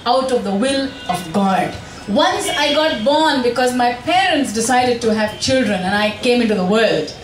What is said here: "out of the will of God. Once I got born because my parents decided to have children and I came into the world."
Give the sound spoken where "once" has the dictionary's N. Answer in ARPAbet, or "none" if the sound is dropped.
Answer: N